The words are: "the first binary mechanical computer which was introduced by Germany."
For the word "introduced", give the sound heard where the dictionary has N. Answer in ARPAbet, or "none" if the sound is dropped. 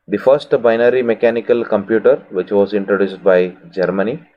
N